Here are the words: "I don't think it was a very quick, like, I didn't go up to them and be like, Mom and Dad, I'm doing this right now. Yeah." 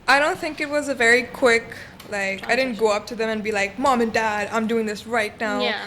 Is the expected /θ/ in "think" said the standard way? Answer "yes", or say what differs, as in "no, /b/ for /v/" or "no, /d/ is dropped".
yes